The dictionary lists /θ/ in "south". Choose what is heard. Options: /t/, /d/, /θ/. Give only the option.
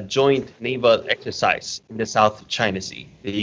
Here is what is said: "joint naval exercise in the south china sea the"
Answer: /θ/